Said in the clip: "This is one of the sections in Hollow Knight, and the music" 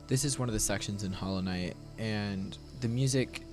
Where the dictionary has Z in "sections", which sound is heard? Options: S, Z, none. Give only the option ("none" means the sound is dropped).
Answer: Z